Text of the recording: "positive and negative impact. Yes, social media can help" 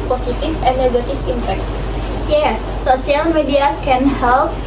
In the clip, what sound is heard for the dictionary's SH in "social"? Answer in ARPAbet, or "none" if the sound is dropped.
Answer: none